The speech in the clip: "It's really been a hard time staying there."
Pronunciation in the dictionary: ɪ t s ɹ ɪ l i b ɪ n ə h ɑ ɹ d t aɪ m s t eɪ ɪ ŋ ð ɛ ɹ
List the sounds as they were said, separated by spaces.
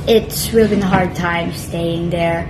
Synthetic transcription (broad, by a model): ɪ t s w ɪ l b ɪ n ə h ɑ ɹ d t aɪ m s t eɪ ɪ ŋ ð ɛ ɹ